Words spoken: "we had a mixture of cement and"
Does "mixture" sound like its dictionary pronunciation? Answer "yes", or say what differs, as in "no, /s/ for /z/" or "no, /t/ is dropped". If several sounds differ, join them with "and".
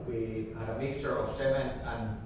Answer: yes